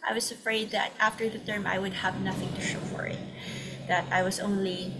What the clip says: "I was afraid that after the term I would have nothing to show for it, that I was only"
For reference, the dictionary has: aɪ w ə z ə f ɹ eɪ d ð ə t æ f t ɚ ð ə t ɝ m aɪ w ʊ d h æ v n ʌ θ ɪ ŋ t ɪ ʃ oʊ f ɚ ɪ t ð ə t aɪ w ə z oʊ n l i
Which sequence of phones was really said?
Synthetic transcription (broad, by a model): aɪ w ə z ə f ɹ eɪ d ð ə t æ f t ɚ ð ə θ ɝ m aɪ w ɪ d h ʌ v n ʌ θ ɪ ŋ t ɪ ʃ oʊ f ɚ ɪ t ð ə t aɪ w ə z oʊ n l i